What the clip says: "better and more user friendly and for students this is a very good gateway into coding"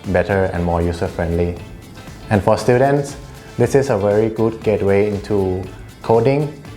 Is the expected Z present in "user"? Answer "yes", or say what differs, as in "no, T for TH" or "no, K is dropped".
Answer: no, S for Z